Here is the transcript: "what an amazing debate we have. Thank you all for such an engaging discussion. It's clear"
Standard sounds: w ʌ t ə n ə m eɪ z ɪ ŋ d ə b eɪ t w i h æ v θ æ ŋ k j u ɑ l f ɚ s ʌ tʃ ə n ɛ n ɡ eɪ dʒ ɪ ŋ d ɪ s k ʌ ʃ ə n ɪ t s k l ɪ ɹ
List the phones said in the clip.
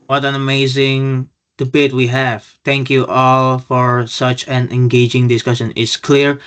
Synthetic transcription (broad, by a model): w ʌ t ə n ə m eɪ z ɪ ŋ d ə b eɪ t w i h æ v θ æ ŋ k j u ɑ l f ɚ s ʌ tʃ ə n ɛ n ɡ eɪ dʒ ɪ ŋ d ɪ s k ʌ ʃ ə n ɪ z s k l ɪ ɹ